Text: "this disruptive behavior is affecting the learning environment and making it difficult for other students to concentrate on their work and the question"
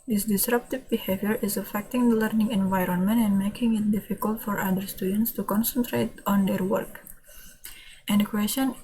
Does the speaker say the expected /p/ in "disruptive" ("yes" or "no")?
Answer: yes